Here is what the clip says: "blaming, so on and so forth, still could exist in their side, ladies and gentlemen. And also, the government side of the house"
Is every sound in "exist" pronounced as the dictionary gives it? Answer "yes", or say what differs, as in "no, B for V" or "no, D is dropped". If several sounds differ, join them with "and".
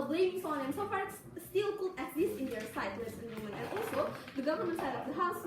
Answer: no, T is dropped